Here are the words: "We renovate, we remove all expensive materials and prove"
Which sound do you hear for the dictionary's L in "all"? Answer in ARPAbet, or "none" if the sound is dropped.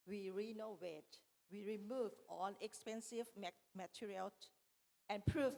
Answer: N